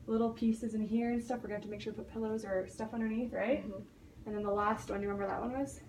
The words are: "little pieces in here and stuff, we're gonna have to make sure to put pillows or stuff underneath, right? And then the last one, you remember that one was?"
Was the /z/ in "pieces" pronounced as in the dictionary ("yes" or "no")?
yes